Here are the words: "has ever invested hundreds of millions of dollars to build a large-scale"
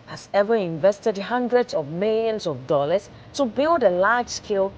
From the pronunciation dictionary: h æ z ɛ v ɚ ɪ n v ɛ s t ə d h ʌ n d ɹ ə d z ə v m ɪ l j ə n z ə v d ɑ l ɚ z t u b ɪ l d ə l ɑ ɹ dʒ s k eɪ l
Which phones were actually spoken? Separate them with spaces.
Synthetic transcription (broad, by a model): h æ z ɛ v ɚ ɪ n v ɛ s t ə d h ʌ n d ɹ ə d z ə v m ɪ l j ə n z ə v d ɑ l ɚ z t u b ɪ l d ə l ɑ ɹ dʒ s k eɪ l